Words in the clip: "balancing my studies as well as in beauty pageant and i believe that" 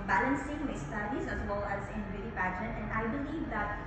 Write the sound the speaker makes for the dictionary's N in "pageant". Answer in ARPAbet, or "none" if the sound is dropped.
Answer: none